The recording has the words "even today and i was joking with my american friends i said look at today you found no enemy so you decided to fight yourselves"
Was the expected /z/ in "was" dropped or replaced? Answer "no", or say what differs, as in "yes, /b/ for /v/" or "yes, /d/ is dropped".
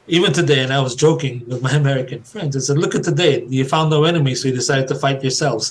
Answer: no